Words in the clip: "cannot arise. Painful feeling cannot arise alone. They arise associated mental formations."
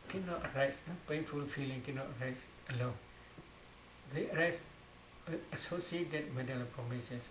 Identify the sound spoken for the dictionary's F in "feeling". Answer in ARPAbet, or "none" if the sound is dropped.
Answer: F